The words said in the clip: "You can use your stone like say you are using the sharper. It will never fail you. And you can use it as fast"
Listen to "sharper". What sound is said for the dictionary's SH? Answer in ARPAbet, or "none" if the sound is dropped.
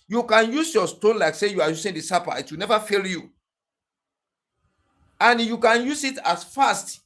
S